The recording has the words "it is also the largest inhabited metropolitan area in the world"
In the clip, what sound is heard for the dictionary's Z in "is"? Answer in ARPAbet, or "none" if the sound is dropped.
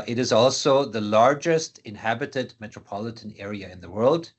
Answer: Z